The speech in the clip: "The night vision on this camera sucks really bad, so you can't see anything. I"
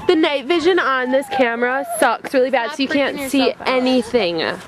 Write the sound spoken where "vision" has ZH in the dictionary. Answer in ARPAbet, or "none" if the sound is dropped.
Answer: ZH